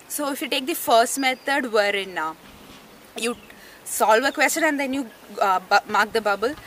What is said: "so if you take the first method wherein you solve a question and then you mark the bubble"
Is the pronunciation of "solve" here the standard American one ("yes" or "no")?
yes